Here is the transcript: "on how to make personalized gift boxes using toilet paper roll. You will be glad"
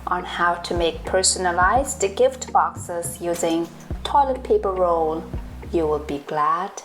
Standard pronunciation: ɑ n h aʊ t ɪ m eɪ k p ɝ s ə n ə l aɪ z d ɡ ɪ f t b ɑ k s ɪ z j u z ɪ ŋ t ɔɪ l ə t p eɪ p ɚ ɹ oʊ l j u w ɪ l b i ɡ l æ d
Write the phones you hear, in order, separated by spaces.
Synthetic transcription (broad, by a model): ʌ n h aʊ t ɪ m eɪ k p ɝ s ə n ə l aɪ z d ɡ ɪ f t b ɑ k s ɪ z j u z ɪ ŋ t ɔɪ l ə t p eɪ p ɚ ɹ oʊ l j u w ɪ l b i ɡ l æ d